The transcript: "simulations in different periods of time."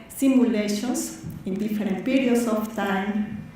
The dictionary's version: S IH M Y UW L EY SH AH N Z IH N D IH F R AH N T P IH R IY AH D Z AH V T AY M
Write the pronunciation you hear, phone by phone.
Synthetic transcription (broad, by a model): S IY M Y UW L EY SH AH N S IH N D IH F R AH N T P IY R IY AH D S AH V T AY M